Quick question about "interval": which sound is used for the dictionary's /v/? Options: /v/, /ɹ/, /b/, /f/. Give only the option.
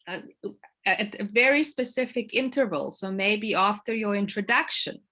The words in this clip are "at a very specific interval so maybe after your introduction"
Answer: /v/